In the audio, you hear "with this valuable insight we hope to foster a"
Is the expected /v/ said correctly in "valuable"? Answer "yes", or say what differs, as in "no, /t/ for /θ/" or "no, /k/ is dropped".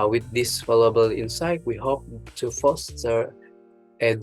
no, /f/ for /v/